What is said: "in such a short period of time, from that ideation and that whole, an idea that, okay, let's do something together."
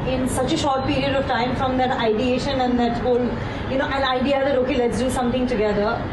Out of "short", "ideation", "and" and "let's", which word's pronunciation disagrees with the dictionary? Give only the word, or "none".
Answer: none